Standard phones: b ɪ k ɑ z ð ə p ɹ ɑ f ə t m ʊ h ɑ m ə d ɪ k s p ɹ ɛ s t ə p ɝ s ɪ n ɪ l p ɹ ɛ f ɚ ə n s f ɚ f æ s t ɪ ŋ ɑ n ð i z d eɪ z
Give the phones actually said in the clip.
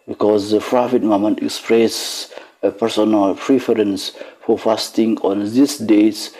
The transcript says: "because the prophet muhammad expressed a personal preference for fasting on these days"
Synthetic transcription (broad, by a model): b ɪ k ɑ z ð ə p ɹ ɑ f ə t m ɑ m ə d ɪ k s p ɹ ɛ s ə p ɝ s ɪ n ɪ l p ɹ ɛ f ɚ ə n s f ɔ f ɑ s t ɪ ŋ ɑ n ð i s d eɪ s